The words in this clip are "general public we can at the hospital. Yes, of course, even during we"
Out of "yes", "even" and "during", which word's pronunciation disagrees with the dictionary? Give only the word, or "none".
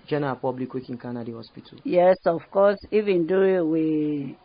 during